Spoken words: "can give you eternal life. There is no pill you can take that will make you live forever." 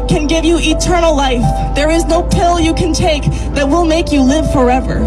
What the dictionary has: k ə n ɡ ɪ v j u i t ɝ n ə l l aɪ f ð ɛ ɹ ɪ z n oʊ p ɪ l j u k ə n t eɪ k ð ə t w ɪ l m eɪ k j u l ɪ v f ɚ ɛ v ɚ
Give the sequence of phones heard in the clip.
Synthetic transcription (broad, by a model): k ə n ɡ ɪ v j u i t ɝ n l l aɪ f ð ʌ ɹ ɪ z n oʊ p ɪ l j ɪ k ə n t eɪ k ð ə t w ɪ l m eɪ k j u l ɪ v f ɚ ɛ v ɚ